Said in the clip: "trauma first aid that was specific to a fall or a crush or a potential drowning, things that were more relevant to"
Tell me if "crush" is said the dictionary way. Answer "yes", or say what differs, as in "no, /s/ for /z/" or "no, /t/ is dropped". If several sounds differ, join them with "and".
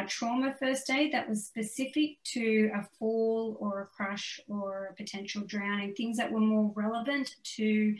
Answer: yes